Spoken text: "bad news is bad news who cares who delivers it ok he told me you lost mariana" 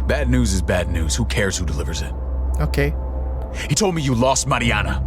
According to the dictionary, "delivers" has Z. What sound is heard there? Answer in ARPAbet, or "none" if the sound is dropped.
Z